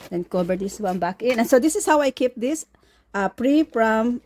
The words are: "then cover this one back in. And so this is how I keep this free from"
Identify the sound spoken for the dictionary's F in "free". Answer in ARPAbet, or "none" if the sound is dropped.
P